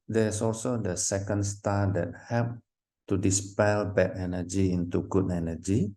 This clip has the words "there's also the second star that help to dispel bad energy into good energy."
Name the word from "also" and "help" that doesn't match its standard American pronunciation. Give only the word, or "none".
help